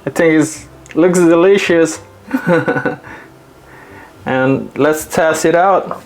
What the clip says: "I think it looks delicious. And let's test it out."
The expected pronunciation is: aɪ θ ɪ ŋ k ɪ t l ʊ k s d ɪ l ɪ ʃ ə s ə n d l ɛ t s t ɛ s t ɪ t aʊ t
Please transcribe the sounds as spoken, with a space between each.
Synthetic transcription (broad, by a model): aɪ θ ɪ ŋ k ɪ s l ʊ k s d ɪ l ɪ ʃ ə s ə n l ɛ t s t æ s ɪ t aʊ t